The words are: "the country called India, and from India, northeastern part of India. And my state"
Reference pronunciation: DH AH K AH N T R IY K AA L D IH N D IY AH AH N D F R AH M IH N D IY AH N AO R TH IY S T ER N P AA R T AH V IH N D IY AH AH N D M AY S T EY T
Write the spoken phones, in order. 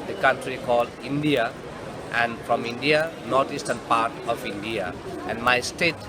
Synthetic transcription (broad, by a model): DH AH K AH N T R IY K AA L D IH N D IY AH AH N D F R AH M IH N D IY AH N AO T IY S T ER N P AA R T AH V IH N D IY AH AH N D M AY S T EY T